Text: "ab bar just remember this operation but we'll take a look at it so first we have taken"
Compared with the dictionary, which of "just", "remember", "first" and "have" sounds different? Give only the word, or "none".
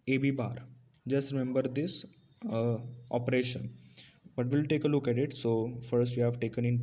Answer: none